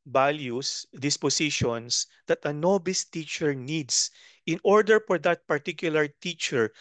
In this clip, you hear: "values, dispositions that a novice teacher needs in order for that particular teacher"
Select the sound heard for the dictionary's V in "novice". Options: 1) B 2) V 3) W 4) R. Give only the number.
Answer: 1